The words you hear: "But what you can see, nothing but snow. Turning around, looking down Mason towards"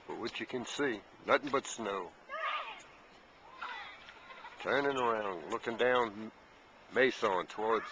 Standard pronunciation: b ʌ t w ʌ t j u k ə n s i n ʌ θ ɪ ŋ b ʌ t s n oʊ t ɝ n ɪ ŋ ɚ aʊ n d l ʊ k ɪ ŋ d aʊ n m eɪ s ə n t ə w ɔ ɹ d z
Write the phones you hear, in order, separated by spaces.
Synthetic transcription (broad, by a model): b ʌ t w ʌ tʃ j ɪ k ə n s i n ʌ θ ɪ ŋ b ʌ t s n oʊ t ɝ n ɪ ŋ ɚ aʊ n d l ʊ k ɪ ŋ d aʊ n m eɪ s ə n t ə w ɔ ɹ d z